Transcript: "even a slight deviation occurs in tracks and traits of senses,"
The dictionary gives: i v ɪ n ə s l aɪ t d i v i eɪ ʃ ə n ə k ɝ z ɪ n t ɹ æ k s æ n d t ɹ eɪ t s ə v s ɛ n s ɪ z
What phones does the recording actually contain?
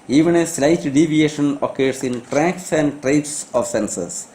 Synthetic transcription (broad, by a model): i v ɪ n ə s l aɪ t d i v i eɪ ʃ ə n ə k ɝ s ɪ n t ɹ æ k s æ n d t ɹ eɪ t s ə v s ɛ n s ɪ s